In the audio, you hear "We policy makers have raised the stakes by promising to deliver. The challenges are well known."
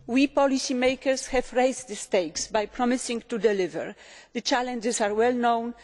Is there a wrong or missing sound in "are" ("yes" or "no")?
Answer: no